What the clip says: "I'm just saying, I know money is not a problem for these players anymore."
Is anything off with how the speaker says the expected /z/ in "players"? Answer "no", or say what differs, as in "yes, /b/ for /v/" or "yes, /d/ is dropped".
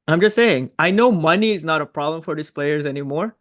no